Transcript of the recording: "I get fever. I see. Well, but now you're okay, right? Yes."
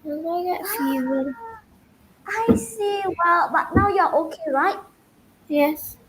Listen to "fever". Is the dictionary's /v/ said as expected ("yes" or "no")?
no